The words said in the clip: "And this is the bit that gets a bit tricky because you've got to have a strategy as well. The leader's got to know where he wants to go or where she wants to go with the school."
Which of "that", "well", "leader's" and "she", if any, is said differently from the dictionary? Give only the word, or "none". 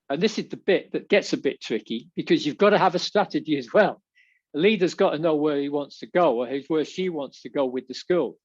none